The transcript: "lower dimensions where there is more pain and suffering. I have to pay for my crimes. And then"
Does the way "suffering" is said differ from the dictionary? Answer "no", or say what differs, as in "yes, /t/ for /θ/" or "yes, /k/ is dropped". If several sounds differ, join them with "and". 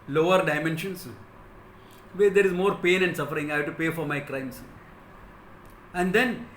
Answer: no